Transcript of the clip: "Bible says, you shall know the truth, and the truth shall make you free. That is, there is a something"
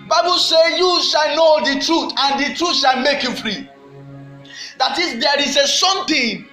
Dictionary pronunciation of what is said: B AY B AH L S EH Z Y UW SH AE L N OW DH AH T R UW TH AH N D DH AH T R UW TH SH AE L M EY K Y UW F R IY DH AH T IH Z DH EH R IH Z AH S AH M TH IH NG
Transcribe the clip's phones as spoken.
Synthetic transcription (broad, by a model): B AY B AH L S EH Y UW SH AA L N OW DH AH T R UW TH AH N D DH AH T R UW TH SH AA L M EY K Y UW F R IY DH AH T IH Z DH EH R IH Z AH S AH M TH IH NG